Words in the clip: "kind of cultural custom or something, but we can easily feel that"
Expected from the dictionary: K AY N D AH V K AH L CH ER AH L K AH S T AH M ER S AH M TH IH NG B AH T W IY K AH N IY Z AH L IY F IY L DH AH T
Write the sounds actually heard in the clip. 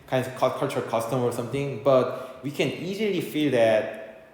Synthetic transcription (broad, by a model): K AY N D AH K K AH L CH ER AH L K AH S T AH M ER S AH M T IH NG B AH T W IY K AH N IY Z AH L IY F IY L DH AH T